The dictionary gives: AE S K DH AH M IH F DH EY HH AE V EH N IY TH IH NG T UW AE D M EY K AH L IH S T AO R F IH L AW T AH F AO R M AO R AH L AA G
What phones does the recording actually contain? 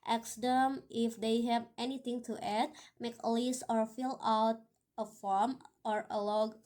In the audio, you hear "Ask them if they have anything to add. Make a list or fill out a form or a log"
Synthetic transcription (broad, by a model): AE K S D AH M IH F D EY HH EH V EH N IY T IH NG T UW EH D M EY K AH L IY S AO R F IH L AW T AH F AO R M AO R AH L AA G